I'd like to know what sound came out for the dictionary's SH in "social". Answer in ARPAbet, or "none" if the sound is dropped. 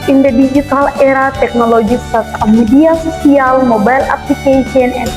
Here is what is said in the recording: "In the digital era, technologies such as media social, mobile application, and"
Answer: S